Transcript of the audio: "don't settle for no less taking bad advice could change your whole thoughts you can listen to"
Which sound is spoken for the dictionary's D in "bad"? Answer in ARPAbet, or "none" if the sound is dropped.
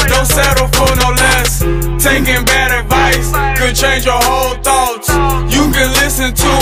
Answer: D